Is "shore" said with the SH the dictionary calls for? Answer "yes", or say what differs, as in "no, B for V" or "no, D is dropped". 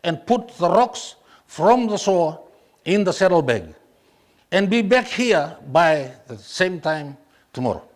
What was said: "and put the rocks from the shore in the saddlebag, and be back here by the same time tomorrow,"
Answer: no, S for SH